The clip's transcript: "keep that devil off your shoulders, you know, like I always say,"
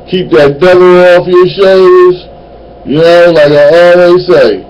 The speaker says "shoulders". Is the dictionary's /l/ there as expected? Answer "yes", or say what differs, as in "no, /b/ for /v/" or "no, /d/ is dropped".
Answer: no, /l/ is dropped